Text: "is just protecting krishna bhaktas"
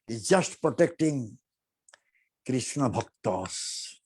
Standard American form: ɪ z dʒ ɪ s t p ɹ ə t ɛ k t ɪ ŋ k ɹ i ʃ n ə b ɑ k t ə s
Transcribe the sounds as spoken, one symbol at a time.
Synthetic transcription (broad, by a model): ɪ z dʒ ɪ s t p ɹ ə t ɛ k t ɪ ŋ k ɹ i ʃ n ə b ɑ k t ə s